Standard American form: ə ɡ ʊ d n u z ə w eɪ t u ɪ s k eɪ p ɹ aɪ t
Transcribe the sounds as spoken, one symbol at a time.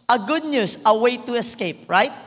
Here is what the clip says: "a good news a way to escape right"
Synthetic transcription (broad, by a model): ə ɡ ʊ d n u s ə w eɪ t u ɪ s k eɪ p ɹ aɪ t